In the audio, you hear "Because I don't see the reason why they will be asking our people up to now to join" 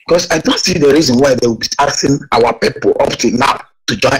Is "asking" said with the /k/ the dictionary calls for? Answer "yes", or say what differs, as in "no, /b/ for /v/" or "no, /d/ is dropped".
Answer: no, /k/ is dropped